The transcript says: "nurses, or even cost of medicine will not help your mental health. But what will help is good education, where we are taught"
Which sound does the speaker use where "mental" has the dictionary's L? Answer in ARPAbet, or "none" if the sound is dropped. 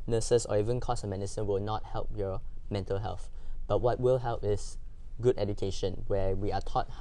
L